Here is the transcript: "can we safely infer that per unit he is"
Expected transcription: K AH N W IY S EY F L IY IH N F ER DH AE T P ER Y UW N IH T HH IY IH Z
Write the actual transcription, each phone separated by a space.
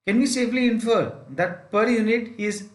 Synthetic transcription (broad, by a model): K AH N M IY S EY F L IY IH N F ER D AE T P ER Y UW N IH T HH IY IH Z